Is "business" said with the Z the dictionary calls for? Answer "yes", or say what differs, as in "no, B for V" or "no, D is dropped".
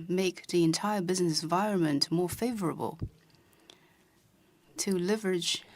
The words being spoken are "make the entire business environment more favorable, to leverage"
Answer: yes